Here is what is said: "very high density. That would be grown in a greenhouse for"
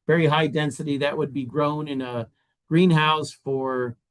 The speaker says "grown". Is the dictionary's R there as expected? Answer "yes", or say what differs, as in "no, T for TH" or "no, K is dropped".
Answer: yes